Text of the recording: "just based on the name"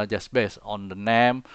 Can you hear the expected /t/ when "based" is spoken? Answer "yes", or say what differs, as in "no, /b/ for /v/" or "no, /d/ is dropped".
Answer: no, /t/ is dropped